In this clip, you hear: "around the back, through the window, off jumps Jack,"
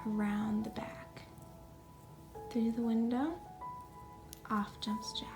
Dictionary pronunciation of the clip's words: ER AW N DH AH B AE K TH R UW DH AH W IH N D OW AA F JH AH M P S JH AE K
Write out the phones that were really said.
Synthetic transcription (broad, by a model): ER AW N DH AH B AE K TH R UW DH AH W IH N D OW AA F JH AH M P S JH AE